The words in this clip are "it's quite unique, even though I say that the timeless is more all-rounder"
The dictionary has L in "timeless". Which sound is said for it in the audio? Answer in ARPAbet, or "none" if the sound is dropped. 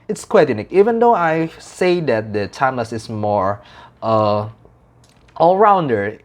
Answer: none